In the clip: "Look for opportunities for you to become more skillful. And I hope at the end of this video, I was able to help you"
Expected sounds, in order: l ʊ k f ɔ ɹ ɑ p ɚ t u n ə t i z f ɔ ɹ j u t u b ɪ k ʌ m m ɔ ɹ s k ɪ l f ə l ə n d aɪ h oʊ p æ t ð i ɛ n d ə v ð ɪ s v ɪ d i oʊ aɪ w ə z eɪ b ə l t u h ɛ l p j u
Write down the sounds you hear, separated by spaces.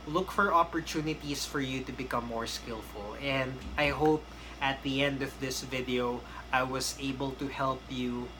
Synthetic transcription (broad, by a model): l ʊ k f ɔ ɹ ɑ p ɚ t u n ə t i s f ɔ ɹ j u t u b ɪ k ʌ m m ɔ ɹ s k ɪ l f ə l ə n d aɪ h oʊ p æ t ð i ɛ n d ə v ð ɪ s v ɪ d i oʊ aɪ w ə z eɪ b ə l t u h ɛ l p j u